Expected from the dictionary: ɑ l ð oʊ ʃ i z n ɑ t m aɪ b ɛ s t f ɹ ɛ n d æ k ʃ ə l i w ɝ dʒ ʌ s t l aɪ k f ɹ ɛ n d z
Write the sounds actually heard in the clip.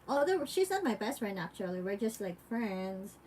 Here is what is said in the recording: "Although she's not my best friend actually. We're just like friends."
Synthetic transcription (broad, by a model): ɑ l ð oʊ ʃ i z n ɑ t m aɪ b ɛ s t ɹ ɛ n æ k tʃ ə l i w ɝ dʒ ʌ s t l aɪ k f ɹ ɛ n d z